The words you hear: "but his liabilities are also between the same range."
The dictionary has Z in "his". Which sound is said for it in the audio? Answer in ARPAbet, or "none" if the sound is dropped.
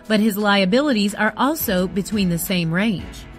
Z